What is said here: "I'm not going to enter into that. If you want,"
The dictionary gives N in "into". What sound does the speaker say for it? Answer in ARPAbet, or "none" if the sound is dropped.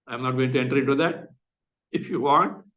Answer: none